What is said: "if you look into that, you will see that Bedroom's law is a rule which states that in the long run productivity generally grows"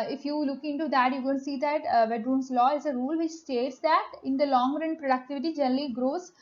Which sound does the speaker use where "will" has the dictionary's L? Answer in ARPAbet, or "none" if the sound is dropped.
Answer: N